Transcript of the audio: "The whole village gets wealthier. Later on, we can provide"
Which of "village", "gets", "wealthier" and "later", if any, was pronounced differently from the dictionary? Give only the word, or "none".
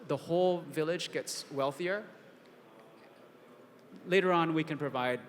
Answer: none